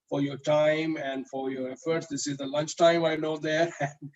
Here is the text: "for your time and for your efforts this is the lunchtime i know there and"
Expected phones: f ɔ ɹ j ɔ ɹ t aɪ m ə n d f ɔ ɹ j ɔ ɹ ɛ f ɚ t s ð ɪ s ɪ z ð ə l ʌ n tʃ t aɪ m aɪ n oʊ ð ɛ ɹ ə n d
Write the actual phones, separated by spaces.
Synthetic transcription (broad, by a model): f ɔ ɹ j ɔ ɹ t aɪ m ə n d f ɔ ɹ j ɔ ɹ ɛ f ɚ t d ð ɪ s ɪ z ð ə l ʌ n tʃ t aɪ m aɪ n oʊ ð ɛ ɹ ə n d